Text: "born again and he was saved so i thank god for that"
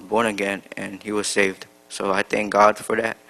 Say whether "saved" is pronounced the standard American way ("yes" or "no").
yes